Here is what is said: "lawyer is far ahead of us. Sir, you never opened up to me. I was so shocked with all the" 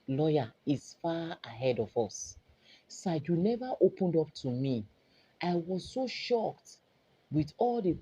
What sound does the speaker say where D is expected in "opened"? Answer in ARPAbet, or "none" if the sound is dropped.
D